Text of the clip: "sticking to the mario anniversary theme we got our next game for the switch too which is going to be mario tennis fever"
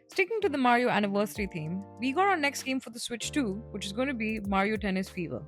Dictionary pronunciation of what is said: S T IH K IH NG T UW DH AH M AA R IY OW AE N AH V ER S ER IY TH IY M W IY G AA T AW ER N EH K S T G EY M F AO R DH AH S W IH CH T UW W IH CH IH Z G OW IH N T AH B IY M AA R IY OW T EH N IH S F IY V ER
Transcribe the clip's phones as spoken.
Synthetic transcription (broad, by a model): S T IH K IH NG T UW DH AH M AA R IY OW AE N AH V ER S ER IY T IY M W IY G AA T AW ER N EH K S T G EY M F AO R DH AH S W IH CH T UW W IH CH IH Z G OW IH N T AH B IY M AA R IY OW T EH N IH S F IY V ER